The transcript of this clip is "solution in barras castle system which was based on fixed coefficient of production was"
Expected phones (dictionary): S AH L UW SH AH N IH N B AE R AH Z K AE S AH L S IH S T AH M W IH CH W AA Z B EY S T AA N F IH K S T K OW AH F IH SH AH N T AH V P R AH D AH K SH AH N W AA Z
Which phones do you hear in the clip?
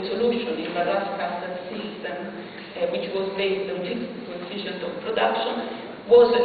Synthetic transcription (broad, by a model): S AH L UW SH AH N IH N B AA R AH S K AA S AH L S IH S T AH M W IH CH W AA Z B EY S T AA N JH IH S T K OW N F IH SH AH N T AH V P R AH D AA K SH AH N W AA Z